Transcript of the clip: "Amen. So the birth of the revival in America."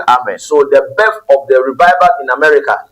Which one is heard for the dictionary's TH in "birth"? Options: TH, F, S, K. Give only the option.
F